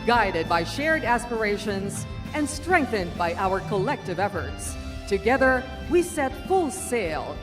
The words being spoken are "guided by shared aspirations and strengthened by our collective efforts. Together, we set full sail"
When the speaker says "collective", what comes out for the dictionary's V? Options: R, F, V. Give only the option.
V